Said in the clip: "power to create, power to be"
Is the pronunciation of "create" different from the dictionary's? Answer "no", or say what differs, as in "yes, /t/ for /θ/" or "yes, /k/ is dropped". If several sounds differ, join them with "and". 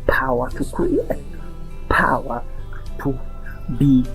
yes, /ɹ/ is dropped